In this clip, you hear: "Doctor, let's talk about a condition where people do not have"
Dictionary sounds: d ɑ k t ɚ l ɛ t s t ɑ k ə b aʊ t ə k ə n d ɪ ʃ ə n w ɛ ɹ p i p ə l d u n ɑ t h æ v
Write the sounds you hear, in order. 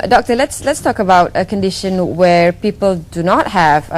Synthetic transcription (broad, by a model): d ɑ k t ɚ l ɛ t s t ɑ k ə b aʊ t ə k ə n d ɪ ʃ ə n w ɛ ɹ p i p ə l d u n ɑ t h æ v